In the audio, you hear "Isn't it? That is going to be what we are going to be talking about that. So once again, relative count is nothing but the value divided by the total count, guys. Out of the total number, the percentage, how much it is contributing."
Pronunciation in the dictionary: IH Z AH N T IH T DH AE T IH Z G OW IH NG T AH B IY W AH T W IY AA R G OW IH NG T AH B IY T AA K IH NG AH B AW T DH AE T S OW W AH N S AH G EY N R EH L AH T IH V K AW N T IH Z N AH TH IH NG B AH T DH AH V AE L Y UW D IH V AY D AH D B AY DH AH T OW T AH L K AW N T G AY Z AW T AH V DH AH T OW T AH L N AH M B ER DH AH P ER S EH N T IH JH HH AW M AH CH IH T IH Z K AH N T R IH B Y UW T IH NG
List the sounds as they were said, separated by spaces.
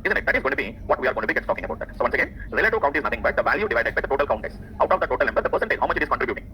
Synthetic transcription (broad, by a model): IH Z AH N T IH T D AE T IH Z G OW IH T AH B IY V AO T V IY AA R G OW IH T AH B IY T AA K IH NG AH B AW T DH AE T S OW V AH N S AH G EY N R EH L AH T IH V K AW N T IH Z N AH T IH NG B AH T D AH V AE L Y UW D IH V AY D AH D B AY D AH T OW T AH L K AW N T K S AW T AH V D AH T OW T AH L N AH M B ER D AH P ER S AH N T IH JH HH AW M AH CH IH T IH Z K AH N T R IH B Y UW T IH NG